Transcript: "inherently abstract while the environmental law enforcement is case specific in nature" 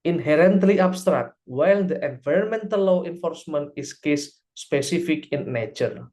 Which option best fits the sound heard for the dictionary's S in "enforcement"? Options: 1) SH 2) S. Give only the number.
2